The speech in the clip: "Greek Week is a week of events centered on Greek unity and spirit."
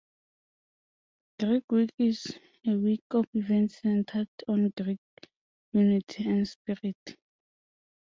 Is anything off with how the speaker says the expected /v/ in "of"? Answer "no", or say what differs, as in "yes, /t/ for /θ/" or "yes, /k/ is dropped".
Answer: yes, /f/ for /v/